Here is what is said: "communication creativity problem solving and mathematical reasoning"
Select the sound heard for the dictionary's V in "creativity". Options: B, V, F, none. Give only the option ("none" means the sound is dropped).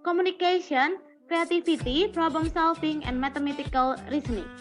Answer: F